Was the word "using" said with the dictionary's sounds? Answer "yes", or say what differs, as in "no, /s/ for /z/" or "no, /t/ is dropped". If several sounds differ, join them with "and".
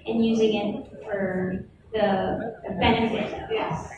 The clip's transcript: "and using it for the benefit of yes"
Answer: yes